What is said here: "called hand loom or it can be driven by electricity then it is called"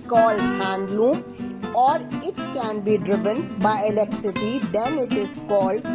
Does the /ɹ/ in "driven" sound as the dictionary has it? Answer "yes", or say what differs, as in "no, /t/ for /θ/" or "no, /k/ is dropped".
yes